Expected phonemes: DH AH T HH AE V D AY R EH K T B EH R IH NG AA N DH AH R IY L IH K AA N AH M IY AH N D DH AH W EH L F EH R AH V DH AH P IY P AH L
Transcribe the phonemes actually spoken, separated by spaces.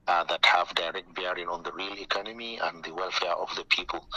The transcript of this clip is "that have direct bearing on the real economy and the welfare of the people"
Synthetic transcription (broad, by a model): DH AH T HH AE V D AY R EH K T B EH R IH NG AA N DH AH R IY L IH K AA N AH M IY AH N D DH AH W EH L F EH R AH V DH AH P IY P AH L